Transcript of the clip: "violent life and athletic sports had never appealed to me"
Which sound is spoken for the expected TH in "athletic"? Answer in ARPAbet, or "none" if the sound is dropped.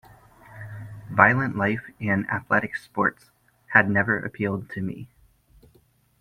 TH